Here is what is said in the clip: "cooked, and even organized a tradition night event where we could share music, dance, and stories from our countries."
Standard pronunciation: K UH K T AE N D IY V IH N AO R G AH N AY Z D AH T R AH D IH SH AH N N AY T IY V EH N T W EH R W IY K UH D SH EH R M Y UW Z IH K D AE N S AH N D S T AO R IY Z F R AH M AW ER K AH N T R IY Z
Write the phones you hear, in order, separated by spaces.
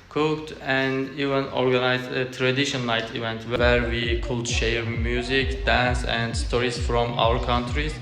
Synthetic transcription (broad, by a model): K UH K T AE N D IY V IH N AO R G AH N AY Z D AH T R AH D IH SH AH N L AY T IY V EH N T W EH R W IY K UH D SH EH R M Y UW Z IH K D AE N S AH N D S T AO R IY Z F R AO M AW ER K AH N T R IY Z